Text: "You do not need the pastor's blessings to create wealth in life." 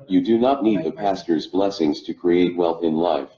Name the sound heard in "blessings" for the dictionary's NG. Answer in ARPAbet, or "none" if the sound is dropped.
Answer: NG